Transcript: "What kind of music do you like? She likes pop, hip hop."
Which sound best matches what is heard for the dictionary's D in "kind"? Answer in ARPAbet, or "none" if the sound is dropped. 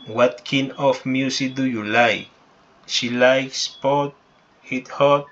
none